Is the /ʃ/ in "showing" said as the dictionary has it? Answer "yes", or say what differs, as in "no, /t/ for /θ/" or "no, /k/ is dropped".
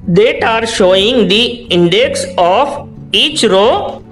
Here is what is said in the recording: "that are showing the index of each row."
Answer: yes